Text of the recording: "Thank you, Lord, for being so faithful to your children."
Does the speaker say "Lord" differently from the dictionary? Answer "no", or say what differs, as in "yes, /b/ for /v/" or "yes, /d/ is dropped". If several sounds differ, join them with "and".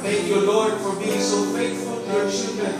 no